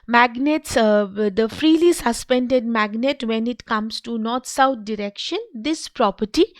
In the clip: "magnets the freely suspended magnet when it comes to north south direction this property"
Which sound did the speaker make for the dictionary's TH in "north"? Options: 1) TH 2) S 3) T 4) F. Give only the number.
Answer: 3